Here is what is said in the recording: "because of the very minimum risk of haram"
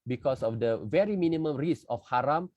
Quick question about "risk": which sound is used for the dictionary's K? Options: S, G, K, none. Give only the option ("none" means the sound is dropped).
none